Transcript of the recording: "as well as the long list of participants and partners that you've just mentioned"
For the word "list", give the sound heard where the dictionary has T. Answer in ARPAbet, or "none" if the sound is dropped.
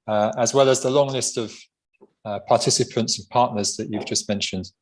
T